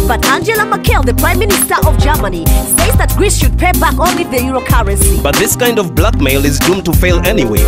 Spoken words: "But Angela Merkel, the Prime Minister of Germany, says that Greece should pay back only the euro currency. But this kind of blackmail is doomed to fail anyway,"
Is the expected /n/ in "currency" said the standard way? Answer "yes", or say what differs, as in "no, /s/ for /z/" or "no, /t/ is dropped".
no, /n/ is dropped